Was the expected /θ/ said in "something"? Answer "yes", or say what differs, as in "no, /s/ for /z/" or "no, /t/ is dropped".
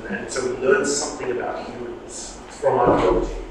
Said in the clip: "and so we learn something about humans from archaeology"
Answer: yes